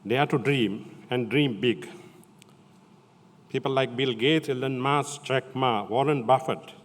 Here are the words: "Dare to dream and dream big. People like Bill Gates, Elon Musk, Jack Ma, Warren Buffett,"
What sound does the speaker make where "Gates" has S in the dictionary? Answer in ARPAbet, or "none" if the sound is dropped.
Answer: none